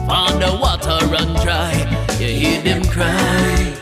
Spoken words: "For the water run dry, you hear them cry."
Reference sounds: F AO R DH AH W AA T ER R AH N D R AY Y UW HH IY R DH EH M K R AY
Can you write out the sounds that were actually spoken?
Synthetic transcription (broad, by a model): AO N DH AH W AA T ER R AH N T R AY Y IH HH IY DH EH M K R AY